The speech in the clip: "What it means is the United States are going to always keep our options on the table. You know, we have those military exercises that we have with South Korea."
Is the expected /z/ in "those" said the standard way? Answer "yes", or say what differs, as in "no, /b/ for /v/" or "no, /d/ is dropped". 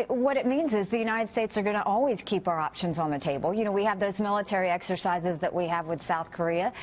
yes